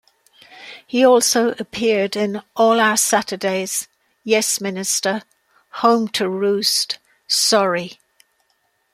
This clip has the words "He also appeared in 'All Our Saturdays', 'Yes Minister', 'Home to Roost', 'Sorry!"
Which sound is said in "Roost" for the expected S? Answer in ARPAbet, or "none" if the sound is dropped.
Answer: S